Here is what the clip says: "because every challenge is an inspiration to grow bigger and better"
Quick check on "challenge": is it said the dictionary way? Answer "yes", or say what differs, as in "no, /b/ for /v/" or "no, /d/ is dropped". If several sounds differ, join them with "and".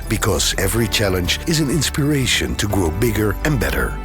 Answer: yes